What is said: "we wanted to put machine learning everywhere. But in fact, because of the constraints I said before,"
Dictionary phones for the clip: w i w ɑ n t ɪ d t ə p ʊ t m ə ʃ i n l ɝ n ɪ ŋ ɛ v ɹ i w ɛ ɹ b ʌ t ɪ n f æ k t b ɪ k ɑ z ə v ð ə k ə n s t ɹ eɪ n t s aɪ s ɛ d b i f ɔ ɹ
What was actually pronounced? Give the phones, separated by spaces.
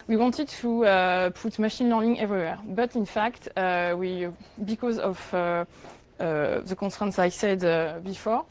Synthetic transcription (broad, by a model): w i w ɑ n t ɪ d t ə p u t m ə ʃ i n l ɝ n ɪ ŋ ɛ v ɹ i w ɛ ɹ b ʌ t ɪ n f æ k t b ɪ k ɑ z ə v ð ə k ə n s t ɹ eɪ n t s aɪ s ɛ d b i f ɔ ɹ